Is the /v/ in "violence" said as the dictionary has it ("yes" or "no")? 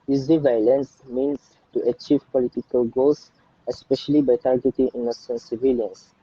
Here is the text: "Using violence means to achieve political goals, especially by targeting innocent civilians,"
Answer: yes